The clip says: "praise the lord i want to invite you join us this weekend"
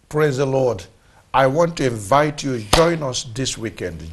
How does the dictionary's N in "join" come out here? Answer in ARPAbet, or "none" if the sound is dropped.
N